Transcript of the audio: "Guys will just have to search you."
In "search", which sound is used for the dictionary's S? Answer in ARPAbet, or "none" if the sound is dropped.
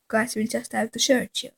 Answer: SH